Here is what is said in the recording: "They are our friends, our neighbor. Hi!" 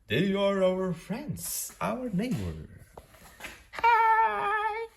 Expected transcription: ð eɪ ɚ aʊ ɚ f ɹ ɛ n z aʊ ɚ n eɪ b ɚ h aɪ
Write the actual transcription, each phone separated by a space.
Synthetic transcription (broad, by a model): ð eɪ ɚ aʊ ɚ f ɹ ɛ n z aʊ ɚ n eɪ b ɚ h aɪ